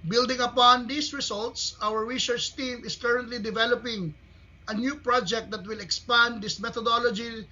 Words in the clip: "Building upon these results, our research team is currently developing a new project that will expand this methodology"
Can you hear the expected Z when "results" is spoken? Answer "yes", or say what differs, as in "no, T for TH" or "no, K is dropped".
no, S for Z